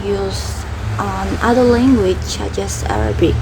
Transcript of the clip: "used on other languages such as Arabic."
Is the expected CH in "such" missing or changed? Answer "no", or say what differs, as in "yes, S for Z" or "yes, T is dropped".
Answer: yes, S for CH